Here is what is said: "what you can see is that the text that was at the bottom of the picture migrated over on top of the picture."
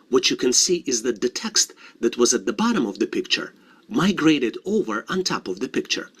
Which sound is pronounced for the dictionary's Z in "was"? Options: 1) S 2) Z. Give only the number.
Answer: 2